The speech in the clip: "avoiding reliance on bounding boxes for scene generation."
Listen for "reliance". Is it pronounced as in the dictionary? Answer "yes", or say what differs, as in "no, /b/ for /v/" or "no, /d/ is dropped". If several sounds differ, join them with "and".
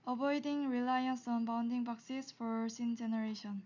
yes